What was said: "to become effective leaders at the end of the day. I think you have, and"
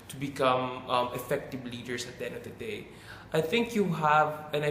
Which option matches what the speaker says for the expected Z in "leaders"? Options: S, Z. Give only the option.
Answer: S